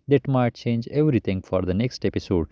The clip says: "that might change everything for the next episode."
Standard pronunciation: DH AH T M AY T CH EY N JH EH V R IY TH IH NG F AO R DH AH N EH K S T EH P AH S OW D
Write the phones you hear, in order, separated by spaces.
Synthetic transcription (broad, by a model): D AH T M AY T CH EY N JH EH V R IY T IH NG F AO R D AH N EH K S T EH P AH S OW D